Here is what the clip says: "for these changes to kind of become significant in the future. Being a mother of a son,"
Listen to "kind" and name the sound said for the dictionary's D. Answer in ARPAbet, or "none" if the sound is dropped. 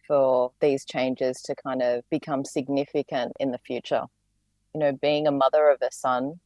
D